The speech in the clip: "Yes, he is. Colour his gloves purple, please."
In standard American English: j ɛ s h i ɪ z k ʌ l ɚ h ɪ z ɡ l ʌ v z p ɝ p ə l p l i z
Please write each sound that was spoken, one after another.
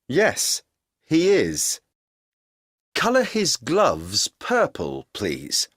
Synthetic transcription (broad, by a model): j ɛ s h i ɪ z k ʌ l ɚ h ɪ z ɡ l ʌ v z p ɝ p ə l p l i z